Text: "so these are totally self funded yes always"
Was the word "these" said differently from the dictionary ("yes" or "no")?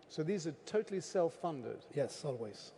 no